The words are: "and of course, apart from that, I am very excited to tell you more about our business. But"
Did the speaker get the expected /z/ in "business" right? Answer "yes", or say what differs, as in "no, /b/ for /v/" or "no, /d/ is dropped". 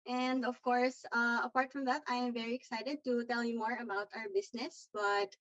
no, /s/ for /z/